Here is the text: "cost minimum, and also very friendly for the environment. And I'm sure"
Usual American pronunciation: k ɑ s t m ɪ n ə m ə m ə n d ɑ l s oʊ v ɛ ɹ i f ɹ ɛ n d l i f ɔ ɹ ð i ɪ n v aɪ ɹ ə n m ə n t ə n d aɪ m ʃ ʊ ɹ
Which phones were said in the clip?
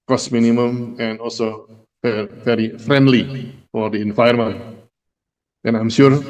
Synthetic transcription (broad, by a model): k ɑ s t m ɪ n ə m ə m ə n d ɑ l s oʊ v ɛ ɹ i f ɹ ɛ n d l i f ɔ ɹ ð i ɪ n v aɪ ə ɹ m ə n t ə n aɪ m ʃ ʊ ɹ